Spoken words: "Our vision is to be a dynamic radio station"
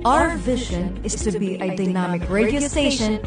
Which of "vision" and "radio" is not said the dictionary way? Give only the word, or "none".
none